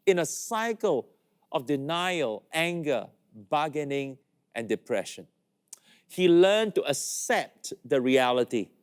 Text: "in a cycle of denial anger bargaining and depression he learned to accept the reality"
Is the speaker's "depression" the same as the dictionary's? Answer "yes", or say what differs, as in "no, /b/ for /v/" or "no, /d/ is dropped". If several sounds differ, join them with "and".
yes